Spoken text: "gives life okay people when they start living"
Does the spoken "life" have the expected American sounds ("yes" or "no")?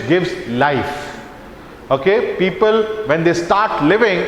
yes